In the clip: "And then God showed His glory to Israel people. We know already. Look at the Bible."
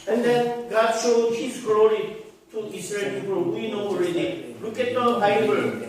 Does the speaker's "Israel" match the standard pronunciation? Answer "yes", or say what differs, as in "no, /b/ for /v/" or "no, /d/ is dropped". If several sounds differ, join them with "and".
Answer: no, /s/ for /z/